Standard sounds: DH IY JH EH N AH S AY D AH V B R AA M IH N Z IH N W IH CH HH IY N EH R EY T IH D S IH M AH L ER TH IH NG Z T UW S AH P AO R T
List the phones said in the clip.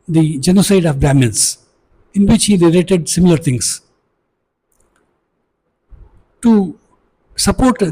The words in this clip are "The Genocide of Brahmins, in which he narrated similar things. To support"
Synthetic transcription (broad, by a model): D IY JH EH N AH S AY D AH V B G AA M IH N S IH N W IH CH HH IY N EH L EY T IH D S IH M AH L ER T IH NG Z T UW S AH P AO R T